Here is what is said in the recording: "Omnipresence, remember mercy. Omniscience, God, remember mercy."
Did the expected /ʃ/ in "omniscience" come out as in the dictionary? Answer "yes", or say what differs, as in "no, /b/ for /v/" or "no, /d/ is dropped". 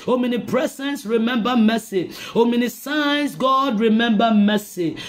no, /s/ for /ʃ/